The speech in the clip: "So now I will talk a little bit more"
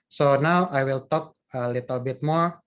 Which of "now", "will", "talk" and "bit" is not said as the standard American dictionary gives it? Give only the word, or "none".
none